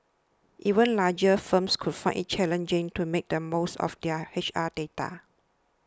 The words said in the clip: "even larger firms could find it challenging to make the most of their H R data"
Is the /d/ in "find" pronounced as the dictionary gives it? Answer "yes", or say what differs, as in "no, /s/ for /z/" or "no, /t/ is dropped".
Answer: no, /d/ is dropped